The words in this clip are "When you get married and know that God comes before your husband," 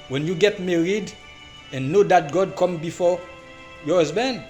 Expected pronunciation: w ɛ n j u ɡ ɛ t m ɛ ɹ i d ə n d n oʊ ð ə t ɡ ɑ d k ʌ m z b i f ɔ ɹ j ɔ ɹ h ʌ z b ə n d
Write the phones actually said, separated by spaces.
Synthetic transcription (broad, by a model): w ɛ n j u ɡ ɛ t m ɛ ɹ i d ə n n oʊ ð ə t ɡ ɑ d k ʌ m b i f ɔ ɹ j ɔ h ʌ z b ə n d